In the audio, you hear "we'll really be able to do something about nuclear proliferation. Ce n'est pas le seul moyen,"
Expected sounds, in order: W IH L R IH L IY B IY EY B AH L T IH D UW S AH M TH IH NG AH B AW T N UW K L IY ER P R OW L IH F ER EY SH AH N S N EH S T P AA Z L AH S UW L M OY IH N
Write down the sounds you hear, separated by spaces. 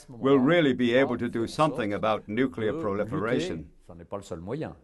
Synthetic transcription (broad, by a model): W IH L R IH L IY B IY EY B AH L T IH D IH S AH M TH IH NG AH B AW T N UW K L IY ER P R OW L IH F ER EY SH AH N S N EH P AA L AH S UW L M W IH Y